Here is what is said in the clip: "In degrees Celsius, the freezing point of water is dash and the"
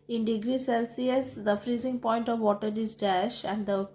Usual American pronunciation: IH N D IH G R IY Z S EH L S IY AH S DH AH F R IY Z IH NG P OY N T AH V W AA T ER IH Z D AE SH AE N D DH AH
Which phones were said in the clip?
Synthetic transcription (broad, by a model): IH N D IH G R IY S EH L S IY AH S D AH F R IY Z IH NG P OY N T AH V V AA T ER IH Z D AE SH AE N D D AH